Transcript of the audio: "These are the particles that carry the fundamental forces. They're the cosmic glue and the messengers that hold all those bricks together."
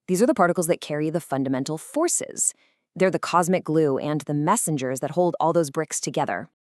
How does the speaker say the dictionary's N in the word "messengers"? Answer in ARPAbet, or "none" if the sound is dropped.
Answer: N